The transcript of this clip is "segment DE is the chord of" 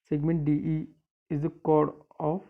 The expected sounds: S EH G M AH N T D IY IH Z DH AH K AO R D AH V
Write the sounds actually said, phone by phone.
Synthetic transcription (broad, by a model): S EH G M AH N T D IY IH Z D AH K AO R D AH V